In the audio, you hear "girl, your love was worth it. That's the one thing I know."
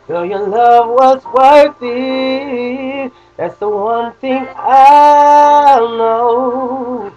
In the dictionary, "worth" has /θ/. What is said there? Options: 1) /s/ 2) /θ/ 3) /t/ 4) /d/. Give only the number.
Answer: 3